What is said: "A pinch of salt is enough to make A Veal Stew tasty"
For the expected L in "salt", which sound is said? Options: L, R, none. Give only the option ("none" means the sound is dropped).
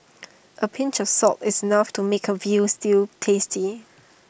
none